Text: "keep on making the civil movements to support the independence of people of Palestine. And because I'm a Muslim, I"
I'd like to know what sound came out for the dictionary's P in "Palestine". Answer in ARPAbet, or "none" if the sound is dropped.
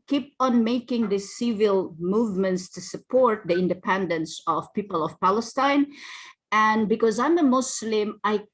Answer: P